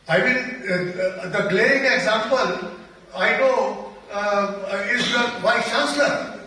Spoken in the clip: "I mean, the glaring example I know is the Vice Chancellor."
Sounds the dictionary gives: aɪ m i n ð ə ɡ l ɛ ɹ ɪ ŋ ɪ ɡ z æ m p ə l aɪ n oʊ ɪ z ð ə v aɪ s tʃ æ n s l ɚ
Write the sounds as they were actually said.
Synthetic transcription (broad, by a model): aɪ m i n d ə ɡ l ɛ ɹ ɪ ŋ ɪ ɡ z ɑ m p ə l aɪ n oʊ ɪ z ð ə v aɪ tʃ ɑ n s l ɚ